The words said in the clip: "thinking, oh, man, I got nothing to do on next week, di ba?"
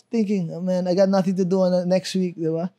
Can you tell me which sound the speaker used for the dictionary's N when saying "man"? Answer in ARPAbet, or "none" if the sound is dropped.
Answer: N